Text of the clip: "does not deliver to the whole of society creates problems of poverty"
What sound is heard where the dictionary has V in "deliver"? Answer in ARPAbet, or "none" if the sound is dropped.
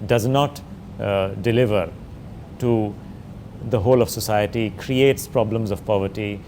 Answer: V